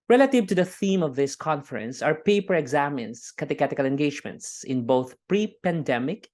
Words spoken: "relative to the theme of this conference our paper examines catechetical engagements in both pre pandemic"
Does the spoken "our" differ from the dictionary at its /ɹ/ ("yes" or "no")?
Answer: no